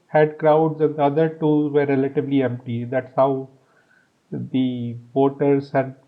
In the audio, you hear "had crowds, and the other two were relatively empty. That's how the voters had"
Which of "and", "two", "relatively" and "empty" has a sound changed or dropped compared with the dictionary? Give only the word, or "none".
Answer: relatively